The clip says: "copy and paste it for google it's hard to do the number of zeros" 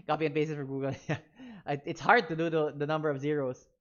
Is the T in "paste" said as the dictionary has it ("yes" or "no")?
no